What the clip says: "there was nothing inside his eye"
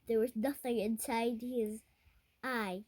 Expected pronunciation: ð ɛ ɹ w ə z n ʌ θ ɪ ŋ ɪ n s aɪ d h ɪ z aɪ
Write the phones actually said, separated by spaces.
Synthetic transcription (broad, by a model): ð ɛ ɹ w ə z n ʌ θ ɪ ŋ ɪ n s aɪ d h ɪ z aɪ